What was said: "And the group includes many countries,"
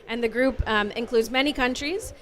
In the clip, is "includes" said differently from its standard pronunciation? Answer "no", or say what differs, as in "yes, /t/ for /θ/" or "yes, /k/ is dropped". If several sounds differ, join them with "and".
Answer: no